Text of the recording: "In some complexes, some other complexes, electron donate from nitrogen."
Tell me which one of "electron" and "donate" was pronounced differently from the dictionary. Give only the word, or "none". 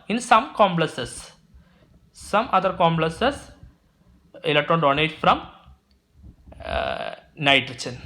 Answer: none